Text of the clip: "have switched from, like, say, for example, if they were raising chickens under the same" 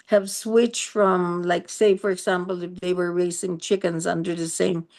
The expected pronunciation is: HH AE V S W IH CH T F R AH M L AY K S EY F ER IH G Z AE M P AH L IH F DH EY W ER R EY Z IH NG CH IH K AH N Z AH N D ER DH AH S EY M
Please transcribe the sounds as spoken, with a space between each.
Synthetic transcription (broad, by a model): HH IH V S W IH CH T F R AH M L AY K S EY F ER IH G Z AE M P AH L IH F DH EY W ER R EY S IH NG CH IH K AH N Z AH N D ER DH AH S EY M